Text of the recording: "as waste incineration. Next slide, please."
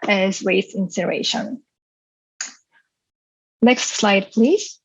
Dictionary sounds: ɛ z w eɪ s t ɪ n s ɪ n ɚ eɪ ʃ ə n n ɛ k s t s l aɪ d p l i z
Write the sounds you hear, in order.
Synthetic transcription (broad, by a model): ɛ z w eɪ t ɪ n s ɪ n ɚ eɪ ʃ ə n n ɛ k s t s l aɪ d p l i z